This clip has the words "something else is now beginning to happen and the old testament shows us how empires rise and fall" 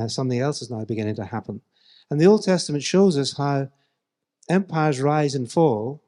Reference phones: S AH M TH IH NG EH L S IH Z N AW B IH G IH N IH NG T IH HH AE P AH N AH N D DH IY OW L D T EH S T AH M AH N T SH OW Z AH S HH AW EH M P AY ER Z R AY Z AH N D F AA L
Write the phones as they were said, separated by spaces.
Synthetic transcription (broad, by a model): S AH M TH IH NG EH L S IH Z N AW B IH G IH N IH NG T IH HH AE P AH N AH N DH IY OW L D T EH S T AH M AH N T SH OW Z AH S HH AW EH M P AY ER Z R AY Z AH N F AA L